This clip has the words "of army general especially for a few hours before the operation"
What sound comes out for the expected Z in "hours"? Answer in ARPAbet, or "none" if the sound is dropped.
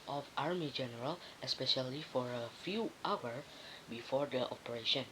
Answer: none